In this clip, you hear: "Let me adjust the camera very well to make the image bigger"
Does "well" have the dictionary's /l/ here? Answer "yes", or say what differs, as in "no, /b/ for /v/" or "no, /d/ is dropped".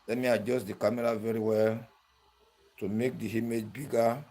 yes